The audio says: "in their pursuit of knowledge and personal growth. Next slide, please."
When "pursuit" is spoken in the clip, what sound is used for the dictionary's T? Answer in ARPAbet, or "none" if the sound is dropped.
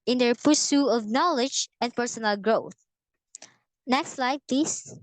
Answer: none